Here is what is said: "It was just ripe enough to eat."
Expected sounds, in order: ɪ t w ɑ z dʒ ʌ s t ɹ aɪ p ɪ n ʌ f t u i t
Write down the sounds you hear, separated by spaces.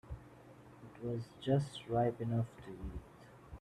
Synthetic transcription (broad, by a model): ɪ t w ɑ z dʒ ʌ s t ɹ aɪ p ɪ n ʌ f t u i t